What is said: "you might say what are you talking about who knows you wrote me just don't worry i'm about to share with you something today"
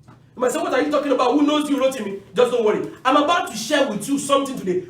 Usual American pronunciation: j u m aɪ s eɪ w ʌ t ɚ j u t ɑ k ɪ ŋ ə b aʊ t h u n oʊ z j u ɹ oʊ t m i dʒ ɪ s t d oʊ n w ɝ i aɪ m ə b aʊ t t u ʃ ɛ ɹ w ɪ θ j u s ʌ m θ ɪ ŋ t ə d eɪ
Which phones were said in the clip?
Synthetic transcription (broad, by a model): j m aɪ s eɪ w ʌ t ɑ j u t ɑ k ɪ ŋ ə b aʊ t h u n oʊ z j u ɹ oʊ t m i dʒ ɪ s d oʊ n w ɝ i aɪ m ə b aʊ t t u ʃ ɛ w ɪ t j u s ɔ m t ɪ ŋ t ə d eɪ